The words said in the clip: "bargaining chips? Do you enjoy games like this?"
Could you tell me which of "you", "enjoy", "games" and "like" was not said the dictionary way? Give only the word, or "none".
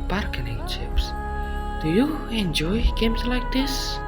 games